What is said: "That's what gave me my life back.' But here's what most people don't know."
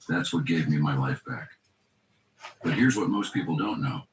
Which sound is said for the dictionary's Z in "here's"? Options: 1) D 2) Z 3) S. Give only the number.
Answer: 2